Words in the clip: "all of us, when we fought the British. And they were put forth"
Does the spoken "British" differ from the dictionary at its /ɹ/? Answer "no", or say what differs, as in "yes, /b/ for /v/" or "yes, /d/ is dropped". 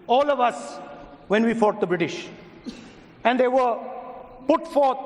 no